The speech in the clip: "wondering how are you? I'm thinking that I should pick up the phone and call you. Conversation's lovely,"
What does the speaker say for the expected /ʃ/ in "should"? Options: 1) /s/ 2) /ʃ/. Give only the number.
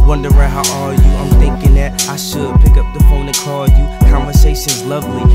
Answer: 1